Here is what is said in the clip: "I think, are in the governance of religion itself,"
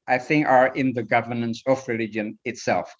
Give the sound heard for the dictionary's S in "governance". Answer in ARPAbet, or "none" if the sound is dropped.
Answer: S